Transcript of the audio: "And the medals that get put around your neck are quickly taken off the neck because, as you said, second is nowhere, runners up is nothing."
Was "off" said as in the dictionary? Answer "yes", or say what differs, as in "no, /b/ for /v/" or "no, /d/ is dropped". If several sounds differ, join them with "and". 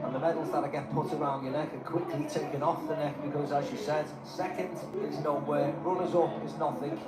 yes